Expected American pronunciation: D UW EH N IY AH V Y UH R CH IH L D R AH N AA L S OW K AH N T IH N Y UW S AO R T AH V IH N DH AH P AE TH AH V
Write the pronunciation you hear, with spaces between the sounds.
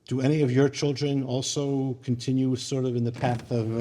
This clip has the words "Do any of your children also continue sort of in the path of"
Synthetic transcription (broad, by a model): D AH EH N IY AH V Y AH R CH IH L D R AH N AA L S OW K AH N T IH N Y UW S AO R T AH V IH N DH AH P AE TH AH V